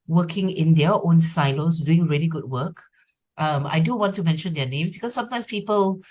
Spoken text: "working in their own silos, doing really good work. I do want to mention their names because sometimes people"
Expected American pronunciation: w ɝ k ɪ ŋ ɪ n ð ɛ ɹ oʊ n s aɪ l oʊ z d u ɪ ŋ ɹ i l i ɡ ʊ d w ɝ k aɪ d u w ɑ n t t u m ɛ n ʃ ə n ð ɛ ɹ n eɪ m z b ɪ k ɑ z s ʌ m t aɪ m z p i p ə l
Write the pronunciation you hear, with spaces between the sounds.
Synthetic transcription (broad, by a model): w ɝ k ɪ ŋ ɪ n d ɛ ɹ oʊ n s aɪ l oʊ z d u ɪ ŋ ɹ i l i ɡ ʊ d w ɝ k aɪ d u w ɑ n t t u m ɛ n ʃ ə n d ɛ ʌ n eɪ m s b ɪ k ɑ s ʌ m t aɪ m s p i p ə l